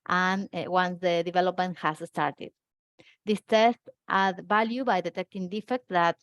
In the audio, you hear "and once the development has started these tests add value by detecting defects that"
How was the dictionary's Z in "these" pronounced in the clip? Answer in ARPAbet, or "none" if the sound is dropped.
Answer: S